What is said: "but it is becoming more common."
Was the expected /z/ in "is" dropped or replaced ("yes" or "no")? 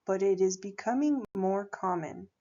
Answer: no